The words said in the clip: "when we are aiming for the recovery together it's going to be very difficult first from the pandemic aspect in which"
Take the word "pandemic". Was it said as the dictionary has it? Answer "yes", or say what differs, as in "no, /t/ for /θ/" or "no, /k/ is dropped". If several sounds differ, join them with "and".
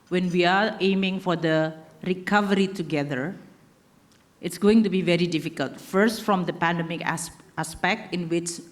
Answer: yes